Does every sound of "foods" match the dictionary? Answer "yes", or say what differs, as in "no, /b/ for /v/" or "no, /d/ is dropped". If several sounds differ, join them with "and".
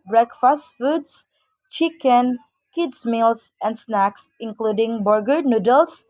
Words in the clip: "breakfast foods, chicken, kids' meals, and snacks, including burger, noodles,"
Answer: no, /s/ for /z/